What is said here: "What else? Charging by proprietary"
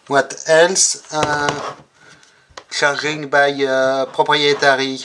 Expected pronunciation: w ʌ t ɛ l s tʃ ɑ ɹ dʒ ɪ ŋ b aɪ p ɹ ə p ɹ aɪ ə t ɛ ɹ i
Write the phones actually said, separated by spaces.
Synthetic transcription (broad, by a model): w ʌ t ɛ l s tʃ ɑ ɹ ɪ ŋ b aɪ p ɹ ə p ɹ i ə t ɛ ɹ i